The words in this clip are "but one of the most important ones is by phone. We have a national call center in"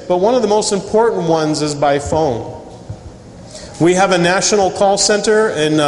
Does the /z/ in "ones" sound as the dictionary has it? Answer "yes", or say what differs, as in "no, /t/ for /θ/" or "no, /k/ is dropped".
yes